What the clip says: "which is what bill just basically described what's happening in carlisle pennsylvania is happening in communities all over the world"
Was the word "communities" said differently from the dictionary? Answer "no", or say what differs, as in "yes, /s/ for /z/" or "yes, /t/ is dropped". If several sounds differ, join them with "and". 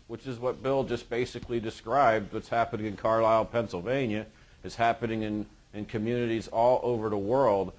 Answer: no